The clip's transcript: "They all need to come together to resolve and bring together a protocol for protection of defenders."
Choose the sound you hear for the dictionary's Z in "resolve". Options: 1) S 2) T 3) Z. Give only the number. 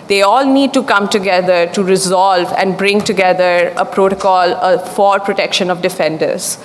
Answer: 3